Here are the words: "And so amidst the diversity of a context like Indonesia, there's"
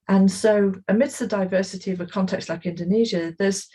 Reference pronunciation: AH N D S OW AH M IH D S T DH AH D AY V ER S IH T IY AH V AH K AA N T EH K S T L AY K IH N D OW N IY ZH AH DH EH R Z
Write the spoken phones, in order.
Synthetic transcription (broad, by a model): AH N S OW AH M IH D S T DH AH D AY V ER S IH T IY AH V AH K AA N T EH K S T L AY K IH N D OW N IY ZH AH DH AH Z